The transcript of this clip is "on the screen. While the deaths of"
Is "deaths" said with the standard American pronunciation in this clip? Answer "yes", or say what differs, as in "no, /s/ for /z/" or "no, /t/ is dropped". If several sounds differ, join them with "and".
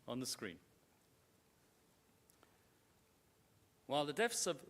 no, /f/ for /θ/